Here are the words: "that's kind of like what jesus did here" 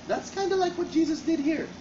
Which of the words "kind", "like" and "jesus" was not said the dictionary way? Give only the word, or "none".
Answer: none